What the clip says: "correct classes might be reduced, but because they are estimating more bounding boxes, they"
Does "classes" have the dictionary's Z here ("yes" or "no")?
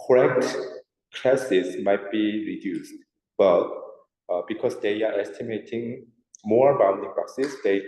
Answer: no